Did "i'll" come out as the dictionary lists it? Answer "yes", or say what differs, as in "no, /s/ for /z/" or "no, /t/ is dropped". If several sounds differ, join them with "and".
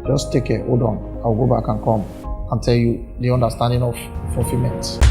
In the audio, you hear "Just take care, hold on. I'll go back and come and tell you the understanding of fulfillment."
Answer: no, /w/ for /l/